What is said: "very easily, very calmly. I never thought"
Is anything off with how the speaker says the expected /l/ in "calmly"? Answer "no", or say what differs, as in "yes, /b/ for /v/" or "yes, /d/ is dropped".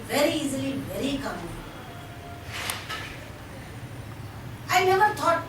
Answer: yes, /l/ is dropped